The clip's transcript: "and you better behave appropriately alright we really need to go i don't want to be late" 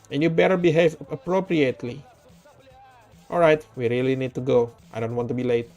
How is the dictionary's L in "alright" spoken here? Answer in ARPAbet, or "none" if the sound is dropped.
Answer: L